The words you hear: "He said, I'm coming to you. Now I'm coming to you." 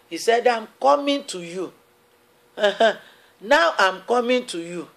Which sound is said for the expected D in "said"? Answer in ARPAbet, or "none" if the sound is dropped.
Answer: D